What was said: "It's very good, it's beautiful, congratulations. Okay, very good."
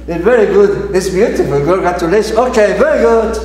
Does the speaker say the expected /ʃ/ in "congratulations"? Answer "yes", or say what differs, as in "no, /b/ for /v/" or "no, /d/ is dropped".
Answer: no, /ʃ/ is dropped